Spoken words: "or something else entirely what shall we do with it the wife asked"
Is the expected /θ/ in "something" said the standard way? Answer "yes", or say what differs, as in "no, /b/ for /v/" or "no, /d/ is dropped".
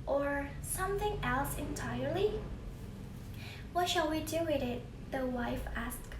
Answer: yes